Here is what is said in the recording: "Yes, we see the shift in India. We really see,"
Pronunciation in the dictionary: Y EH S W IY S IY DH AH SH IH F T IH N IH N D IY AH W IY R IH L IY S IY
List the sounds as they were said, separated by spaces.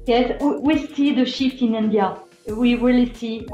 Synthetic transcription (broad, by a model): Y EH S W IY S IY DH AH SH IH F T IH N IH N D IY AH W IY W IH L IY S IY